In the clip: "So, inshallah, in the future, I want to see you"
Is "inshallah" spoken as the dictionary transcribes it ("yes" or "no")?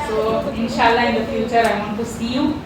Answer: yes